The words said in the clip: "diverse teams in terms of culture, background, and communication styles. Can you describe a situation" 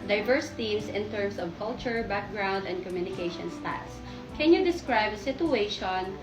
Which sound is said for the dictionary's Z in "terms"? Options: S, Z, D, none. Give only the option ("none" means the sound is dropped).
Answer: S